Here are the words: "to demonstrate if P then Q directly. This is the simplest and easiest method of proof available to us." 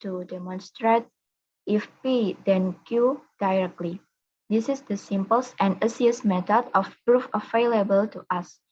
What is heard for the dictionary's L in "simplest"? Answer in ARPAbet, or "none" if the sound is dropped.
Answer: none